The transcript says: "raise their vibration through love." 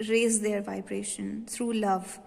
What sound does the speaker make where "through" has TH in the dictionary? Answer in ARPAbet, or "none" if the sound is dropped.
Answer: T